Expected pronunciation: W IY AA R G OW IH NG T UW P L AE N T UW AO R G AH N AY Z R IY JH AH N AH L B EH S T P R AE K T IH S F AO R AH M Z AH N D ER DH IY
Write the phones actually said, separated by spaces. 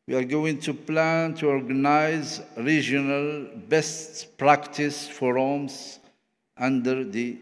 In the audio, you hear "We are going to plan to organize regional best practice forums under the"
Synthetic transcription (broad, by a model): W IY AA R G OW IH NG T UW P L AE N T UW AO R G AH N AY Z R IY JH AH N AH L B EH S T P R AE K T IH S F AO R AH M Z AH N D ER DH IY